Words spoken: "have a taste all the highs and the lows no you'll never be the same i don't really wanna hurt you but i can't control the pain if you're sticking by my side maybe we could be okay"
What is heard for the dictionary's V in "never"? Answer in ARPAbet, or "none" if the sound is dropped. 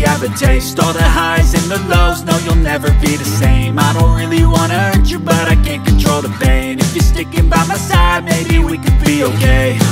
V